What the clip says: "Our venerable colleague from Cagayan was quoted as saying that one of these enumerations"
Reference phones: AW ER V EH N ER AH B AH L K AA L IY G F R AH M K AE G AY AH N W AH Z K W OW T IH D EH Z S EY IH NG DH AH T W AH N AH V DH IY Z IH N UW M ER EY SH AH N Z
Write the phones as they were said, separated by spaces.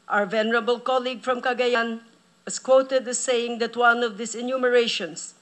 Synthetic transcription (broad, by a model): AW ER V EH N ER AH B AH L K AA L IY G F R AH M K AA G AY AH N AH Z K W OW T IH D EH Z S EY IH NG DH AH T W AH N AH V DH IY S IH N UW M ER EY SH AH N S